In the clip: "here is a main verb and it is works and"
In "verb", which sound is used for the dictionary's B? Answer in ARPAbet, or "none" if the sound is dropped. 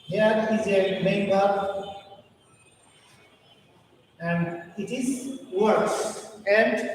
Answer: none